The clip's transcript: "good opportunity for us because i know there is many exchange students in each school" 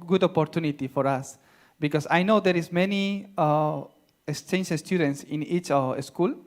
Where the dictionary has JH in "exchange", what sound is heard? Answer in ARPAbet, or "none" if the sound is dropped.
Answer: SH